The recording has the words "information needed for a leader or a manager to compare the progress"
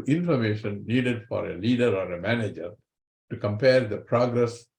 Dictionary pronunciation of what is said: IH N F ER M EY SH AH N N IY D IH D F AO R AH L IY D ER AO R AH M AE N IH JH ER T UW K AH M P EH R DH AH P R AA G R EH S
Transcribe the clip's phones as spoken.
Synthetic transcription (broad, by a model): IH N F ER M EY SH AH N N IY D IH D F AO R AH L IY D ER AO R AH M AE N IH JH ER T UW K AH M P EH R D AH P R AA G R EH S